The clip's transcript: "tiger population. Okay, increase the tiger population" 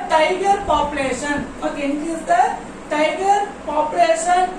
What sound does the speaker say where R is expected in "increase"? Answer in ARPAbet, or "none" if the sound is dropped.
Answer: none